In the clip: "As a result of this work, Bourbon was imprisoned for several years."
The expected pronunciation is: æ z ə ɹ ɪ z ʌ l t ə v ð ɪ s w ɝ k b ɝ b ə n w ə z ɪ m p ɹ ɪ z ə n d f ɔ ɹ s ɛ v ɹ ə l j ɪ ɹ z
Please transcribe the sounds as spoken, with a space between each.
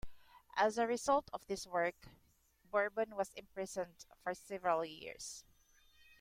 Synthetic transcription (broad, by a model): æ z ə ɹ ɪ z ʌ l t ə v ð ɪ s w ɝ k b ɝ b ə n w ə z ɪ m p ɹ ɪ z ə n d f ɔ ɹ s ɛ v ɹ ə l j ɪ ɹ s